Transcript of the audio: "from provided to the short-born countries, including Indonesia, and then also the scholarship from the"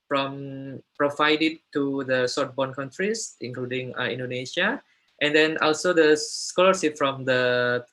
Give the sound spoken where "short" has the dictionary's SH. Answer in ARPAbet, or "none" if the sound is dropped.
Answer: S